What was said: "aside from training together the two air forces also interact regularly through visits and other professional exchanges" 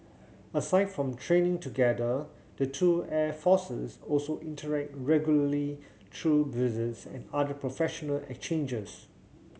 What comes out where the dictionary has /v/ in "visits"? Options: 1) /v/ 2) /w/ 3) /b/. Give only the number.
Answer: 3